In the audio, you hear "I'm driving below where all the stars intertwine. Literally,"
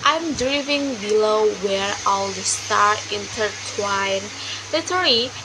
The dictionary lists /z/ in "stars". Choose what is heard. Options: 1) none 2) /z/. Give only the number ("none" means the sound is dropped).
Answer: 1